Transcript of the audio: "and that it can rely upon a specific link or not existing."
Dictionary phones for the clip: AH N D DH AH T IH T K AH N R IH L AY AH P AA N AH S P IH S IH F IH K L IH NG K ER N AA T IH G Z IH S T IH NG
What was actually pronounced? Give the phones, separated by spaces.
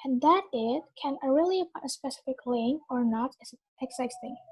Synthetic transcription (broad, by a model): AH N DH AH T IH T K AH N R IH L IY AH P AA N AH S P IH S IH F IH K L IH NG ER N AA T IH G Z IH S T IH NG